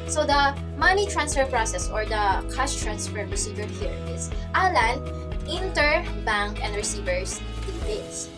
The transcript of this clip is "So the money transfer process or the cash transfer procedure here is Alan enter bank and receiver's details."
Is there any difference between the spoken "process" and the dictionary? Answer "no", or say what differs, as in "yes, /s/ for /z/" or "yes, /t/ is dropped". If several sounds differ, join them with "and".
no